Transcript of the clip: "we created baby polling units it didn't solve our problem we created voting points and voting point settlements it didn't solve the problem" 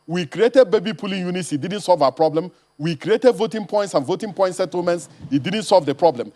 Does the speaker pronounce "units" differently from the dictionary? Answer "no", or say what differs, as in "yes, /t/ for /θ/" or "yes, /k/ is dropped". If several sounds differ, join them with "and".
no